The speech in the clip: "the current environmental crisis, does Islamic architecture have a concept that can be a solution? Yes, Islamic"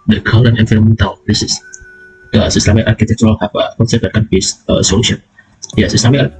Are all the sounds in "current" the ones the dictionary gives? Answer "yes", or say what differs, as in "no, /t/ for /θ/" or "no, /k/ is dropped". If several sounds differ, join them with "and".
no, /l/ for /ɹ/ and /t/ is dropped